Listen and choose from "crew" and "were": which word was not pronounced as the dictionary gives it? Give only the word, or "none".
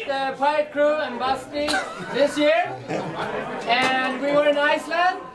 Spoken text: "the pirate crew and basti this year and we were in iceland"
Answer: none